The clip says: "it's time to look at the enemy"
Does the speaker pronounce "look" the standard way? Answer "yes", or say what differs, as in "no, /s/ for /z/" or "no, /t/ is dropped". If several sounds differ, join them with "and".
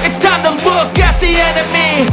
no, /w/ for /l/